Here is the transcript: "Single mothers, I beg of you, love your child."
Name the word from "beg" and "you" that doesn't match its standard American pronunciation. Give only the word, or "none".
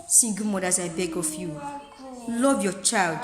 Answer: none